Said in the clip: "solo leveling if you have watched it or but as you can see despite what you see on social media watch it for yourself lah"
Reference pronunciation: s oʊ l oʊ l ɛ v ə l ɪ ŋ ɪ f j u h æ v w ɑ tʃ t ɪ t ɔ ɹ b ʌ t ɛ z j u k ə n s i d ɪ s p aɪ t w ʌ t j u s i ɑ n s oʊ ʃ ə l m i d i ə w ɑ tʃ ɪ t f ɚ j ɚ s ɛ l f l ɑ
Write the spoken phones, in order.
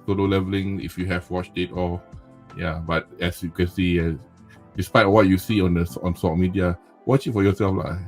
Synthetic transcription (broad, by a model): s oʊ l oʊ l ɛ v ə l ɪ ŋ ɪ f j u h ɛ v w ɑ tʃ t ɪ t ɔ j b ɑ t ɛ s j u k ə n s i d ɪ s p aɪ t w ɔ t j u s i ɑ n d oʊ s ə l m i d i ə w ɑ tʃ ɪ t f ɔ j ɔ s ɛ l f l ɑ